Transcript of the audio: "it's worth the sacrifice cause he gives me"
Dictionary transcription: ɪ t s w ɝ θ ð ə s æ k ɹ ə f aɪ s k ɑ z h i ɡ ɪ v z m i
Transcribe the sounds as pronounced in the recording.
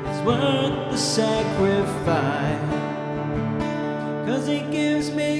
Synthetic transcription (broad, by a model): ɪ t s w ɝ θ ð ə s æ k ɹ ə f aɪ s k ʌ z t ɡ ɪ v z m i